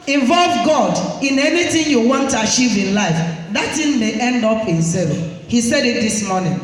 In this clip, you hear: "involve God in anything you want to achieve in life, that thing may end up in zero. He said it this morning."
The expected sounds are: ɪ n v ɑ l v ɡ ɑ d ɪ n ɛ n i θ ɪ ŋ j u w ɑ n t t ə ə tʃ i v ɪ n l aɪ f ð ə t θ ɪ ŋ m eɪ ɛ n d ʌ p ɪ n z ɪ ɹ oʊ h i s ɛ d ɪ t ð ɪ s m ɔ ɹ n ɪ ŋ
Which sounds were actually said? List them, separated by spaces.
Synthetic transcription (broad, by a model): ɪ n v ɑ l v ɡ ɑ d ɪ n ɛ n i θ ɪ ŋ j u w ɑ n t t ə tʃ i v ɪ n l aɪ f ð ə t t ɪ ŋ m eɪ ɛ n d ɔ p ɪ n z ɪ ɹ h i s ɛ d ɪ t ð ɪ s m ɔ n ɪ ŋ